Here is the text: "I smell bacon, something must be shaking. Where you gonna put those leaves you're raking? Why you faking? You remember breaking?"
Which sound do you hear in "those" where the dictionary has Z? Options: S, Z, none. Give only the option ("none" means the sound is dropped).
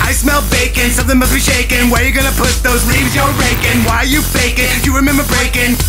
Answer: Z